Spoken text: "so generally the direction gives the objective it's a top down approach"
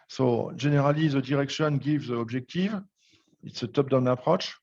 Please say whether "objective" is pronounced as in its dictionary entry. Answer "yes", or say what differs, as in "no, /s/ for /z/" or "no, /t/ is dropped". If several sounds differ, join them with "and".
no, /ʒ/ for /dʒ/